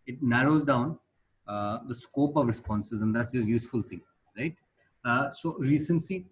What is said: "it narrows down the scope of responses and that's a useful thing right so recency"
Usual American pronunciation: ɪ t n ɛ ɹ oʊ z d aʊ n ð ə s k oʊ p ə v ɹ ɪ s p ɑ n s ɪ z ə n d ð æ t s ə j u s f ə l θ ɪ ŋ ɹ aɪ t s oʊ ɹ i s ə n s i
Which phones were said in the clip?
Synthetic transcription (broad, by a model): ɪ t n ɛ ɹ oʊ z d aʊ n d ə s k oʊ p ə v ɹ ɪ s p ɑ n s ɪ z ə n d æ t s ə j u s f ə l t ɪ ŋ ɹ aɪ t s oʊ ɹ i s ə n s i